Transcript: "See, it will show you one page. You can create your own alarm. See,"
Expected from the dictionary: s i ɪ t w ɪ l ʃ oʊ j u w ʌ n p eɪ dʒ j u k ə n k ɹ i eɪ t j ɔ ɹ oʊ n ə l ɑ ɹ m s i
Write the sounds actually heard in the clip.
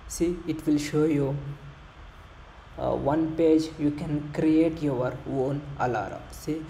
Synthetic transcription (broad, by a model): s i ɪ t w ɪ l ʃ oʊ j u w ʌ n p eɪ dʒ j u k ə n k ɹ i eɪ t j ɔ ɹ oʊ n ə l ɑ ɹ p s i